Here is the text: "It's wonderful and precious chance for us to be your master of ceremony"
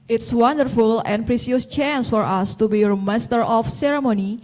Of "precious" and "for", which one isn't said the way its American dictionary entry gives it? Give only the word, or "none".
precious